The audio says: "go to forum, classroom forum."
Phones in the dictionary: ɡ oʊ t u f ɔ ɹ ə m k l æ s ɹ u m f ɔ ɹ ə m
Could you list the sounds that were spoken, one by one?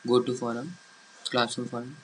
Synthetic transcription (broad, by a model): ɡ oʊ t u f ɔ ɹ ə m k l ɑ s u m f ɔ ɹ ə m